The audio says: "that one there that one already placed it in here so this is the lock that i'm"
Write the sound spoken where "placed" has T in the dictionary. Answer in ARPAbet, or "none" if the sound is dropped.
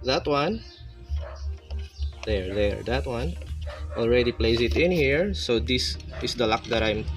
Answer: none